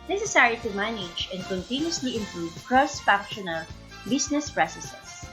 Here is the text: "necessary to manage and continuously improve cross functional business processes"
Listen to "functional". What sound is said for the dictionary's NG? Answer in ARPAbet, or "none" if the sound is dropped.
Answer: none